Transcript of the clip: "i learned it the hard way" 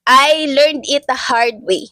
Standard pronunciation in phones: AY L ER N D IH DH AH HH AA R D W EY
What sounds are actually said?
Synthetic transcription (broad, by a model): AY L ER N D IH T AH HH AA R D W EY